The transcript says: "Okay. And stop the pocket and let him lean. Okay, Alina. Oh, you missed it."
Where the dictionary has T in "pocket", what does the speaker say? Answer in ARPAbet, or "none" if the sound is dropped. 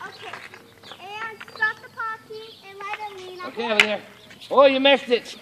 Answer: none